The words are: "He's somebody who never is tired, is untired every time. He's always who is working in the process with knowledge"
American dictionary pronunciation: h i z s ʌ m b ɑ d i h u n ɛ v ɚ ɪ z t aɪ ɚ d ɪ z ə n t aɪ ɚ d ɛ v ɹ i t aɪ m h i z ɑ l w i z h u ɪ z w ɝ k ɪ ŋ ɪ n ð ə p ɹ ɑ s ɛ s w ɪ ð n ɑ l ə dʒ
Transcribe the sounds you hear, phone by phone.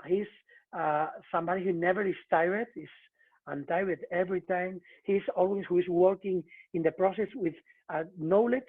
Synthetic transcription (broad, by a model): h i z s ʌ m b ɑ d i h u n ɛ v ɚ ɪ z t aɪ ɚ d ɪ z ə n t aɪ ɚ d ɛ v ɹ i t aɪ m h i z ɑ l w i s h u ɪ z w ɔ k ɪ ŋ ɪ n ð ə p ɹ ɑ s ɛ s w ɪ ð n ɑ l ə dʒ